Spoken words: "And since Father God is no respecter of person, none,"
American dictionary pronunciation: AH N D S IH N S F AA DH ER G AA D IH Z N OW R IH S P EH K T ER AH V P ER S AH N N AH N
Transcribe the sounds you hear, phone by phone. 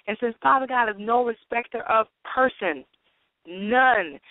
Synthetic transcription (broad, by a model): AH N S IH N S P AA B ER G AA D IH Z N OW R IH S P EH K T ER AH V P ER S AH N N AH N